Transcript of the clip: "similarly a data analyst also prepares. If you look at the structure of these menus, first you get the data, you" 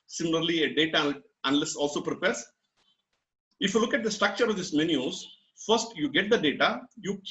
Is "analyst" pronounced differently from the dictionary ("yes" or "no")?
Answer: yes